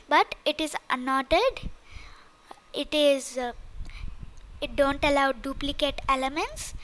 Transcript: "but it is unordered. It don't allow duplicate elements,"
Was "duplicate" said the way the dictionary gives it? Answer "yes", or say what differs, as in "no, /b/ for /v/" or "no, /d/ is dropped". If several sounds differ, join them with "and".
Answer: yes